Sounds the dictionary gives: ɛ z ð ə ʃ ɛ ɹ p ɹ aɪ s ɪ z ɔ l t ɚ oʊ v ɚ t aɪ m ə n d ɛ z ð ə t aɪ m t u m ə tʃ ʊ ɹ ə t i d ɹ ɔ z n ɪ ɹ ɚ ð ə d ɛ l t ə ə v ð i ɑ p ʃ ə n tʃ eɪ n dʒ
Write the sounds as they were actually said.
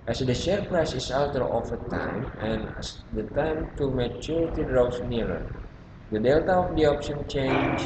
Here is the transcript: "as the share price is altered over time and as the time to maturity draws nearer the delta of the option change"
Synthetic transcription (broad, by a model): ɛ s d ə ʃ ɛ ɹ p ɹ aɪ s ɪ s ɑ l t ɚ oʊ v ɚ t aɪ m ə n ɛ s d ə t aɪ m t u m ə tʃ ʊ ɹ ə t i d ɹ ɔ s n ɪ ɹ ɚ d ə d ɛ l t ə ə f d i ɑ p ʃ ə n tʃ eɪ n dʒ